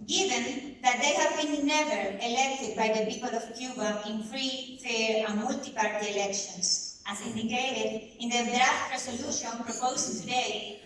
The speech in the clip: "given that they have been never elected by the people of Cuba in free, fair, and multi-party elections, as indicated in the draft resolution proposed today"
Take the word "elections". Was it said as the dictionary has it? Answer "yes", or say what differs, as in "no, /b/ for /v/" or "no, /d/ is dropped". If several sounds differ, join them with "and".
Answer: no, /s/ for /z/